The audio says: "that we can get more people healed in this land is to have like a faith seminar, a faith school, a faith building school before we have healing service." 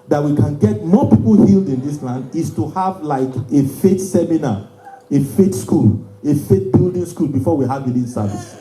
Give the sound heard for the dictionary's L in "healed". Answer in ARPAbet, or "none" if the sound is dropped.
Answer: L